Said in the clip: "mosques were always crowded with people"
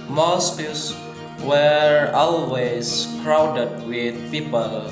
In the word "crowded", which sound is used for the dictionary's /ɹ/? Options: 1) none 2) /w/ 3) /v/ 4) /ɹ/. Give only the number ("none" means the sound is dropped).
4